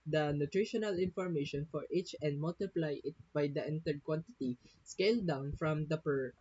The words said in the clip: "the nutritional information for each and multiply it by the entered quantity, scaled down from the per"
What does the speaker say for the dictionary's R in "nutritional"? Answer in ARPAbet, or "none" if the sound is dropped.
R